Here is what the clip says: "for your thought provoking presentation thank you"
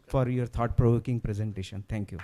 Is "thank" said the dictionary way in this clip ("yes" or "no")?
no